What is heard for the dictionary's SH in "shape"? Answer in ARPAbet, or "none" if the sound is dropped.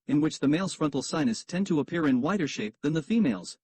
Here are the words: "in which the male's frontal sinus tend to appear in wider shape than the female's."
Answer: SH